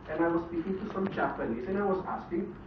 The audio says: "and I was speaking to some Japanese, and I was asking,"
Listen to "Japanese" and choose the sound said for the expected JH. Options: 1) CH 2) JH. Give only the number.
1